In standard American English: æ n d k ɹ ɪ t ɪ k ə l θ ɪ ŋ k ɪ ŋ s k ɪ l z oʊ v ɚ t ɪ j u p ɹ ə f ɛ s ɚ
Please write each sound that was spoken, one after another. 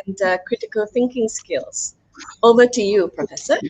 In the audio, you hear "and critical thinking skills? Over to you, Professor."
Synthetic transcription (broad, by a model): n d k ɹ ɪ t ɪ k ə l θ ɪ ŋ k ɪ ŋ s k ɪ l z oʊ b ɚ t ɪ j u p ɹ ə f ɛ s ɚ